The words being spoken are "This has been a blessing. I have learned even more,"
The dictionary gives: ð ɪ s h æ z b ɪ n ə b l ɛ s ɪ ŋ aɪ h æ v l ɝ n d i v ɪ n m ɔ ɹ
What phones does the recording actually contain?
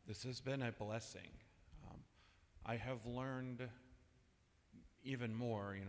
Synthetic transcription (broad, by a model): ð ɪ s h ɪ z b ɪ n ə b l ɛ s ɪ ŋ aɪ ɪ v l ɝ n d i v ɪ n m ɔ ɹ